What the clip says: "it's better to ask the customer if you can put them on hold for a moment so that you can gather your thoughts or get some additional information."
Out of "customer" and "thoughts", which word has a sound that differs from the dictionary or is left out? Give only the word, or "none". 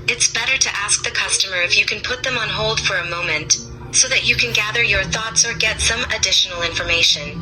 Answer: none